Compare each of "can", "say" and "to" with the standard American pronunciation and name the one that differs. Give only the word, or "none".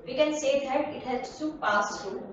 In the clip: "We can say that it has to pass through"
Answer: to